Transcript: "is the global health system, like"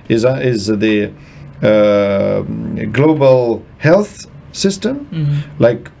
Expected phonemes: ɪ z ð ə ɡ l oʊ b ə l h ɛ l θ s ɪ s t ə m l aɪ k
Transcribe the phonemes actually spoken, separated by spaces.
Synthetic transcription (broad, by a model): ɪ z ð ə ɡ l oʊ b ə l h ɛ l θ s ɪ s t ə m l aɪ k